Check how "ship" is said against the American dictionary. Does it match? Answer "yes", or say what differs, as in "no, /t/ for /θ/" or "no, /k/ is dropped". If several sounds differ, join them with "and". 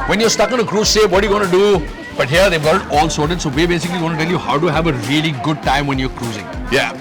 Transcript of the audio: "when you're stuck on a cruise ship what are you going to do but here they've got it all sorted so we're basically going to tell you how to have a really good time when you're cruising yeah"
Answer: no, /s/ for /ʃ/